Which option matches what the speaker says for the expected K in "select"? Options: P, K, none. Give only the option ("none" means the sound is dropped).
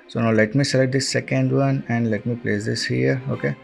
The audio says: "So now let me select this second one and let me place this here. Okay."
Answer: none